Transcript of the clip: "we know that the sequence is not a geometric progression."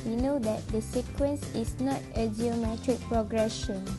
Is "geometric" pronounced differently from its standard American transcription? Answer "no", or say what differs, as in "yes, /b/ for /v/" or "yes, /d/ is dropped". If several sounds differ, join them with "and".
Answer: no